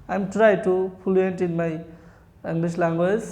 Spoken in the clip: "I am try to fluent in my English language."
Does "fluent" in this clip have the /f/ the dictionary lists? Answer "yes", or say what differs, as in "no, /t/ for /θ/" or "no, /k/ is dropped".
no, /p/ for /f/